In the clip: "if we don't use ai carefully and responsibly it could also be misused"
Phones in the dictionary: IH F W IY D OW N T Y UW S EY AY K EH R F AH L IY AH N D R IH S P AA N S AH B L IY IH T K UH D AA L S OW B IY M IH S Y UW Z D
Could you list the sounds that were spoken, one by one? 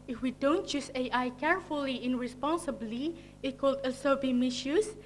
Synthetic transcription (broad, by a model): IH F W IY D OW N T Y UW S EY AY K EH R F AH L IY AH N R IH S P AA N S AH B L IY IH T K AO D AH S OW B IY M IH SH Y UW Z